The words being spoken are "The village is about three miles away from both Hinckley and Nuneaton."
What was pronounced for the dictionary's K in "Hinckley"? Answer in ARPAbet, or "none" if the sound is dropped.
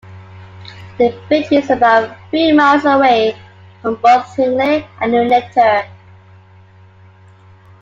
none